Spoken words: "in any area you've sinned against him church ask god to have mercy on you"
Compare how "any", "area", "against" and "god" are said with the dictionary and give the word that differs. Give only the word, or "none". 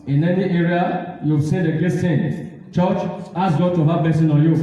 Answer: against